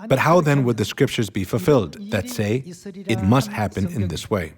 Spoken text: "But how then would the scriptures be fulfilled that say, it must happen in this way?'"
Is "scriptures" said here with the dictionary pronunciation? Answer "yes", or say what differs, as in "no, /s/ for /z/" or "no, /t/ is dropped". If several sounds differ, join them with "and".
yes